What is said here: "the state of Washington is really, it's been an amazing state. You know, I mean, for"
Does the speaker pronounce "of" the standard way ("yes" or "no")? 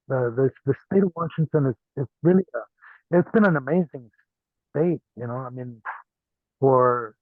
yes